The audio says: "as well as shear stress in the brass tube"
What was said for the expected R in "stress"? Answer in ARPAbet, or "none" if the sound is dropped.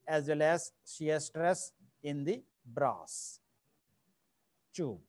R